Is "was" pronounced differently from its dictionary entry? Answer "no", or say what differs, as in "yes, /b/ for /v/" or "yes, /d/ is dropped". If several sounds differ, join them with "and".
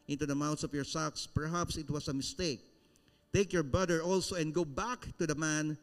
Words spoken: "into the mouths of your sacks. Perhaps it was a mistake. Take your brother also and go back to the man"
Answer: yes, /s/ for /z/